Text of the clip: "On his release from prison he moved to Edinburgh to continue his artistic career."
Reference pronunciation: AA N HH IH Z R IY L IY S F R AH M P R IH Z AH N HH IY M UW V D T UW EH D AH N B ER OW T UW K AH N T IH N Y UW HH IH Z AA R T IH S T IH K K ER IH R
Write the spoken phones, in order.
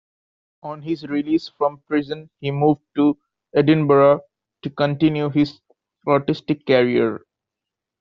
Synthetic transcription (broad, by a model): AA N HH IH Z R IY L IY S F R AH M P R IH Z AH N HH IY M UW V D T UW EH D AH N B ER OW T UW K AH N T IH N Y UW HH IH Z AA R T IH S T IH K K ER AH R